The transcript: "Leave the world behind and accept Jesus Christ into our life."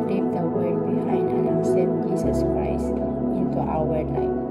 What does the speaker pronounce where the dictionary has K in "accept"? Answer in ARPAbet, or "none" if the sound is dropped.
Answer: none